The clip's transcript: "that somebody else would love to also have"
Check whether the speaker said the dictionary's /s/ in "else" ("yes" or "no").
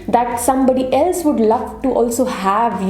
yes